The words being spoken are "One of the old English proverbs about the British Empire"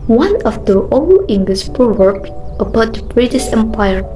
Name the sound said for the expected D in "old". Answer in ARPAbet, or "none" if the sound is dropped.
none